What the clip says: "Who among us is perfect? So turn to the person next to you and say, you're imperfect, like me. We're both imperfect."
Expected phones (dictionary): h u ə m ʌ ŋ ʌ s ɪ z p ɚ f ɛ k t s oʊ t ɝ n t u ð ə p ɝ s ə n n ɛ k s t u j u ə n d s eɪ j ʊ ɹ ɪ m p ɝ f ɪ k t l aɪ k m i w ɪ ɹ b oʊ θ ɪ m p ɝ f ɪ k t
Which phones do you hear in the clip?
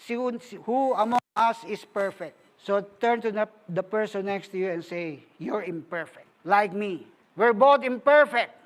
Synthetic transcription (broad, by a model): h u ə m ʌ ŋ ʌ s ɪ s p ɚ f ɛ k t s oʊ t ɝ n t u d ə p ɝ s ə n n ɛ k s t u j u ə n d s eɪ j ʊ ɹ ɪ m p ɝ f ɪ k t l aɪ k m i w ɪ ɹ b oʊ t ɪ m p ɝ f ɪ k t